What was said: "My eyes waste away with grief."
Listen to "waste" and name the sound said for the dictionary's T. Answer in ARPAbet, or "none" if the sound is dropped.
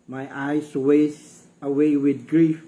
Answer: none